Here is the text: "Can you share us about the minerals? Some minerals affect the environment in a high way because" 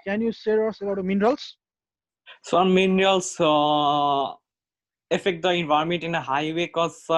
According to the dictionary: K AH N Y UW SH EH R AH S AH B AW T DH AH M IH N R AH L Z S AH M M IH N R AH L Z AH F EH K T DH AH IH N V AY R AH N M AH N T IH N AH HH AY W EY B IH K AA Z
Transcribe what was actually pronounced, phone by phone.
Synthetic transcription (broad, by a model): K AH N Y UW S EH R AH S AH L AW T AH M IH N R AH L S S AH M M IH N R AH L S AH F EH K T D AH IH N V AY AH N M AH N T IH N AH HH AY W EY K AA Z